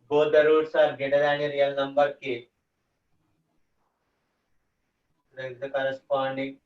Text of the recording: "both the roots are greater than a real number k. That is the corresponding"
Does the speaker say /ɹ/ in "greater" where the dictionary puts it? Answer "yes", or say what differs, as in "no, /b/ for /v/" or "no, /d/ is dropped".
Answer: no, /ɹ/ is dropped